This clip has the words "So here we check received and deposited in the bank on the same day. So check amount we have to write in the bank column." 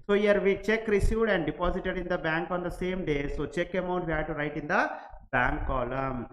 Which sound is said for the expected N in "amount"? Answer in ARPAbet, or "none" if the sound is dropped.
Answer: none